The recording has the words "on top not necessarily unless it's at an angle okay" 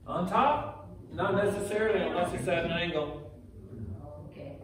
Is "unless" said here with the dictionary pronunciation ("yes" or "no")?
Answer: no